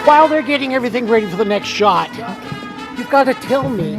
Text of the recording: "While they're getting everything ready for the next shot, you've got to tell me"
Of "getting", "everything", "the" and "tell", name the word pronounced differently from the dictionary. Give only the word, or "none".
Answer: none